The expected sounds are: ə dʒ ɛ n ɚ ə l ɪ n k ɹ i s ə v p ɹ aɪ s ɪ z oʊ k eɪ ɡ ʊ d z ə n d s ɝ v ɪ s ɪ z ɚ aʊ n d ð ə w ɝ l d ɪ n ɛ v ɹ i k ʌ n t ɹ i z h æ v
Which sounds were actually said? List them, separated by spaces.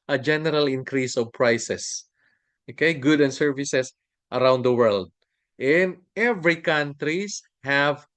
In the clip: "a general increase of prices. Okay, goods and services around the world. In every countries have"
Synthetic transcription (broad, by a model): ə dʒ ɛ n ɚ ə l ɪ n k ɹ i s ə v p ɹ aɪ s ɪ s oʊ k eɪ ɡ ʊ d ə n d s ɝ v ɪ s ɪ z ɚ aʊ n d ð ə w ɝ l d ɪ n ɛ v ɹ i k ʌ n t ɹ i s h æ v